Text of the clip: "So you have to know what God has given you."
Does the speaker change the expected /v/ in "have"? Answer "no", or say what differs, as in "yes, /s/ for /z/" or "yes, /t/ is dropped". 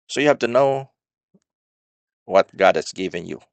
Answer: yes, /f/ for /v/